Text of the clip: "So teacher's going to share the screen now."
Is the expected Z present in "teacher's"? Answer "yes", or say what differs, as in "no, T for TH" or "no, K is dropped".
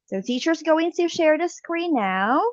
yes